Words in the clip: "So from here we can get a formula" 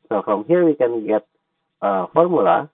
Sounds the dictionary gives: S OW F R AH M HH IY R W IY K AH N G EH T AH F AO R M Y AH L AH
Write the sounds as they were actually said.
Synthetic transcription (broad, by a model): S OW F R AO M HH IY R W IY K AH N G EH T AH F AO R M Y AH L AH